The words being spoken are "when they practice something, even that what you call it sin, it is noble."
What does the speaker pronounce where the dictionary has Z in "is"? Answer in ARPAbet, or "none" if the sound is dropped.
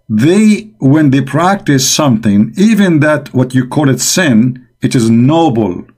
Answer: Z